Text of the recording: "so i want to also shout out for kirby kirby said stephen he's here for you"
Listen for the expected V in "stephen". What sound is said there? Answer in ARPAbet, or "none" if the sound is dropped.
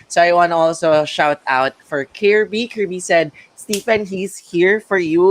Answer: F